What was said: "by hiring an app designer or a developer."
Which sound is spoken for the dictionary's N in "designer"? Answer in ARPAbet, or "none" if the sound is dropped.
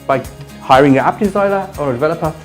L